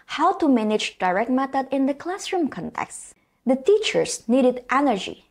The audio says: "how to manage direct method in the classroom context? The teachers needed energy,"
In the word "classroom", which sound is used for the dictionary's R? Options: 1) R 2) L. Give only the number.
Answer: 1